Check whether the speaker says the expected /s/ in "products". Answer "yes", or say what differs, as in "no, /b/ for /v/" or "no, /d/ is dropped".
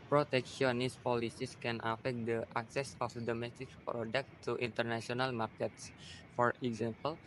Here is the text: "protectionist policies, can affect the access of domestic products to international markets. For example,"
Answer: no, /s/ is dropped